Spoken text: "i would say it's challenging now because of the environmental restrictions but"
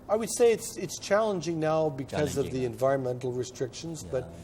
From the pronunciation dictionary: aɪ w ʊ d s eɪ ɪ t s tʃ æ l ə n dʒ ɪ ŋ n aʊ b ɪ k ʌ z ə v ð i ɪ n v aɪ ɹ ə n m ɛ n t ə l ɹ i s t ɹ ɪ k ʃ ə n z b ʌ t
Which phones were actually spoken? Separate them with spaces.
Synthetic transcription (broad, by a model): aɪ w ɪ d s eɪ ɪ t s tʃ æ l ə n dʒ ɪ ŋ n aʊ b ɪ k ʌ z ə v ð i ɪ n v aɪ ɹ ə n m ɛ n t l ɹ i s t ɹ ɪ k ʃ ə n z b ʌ t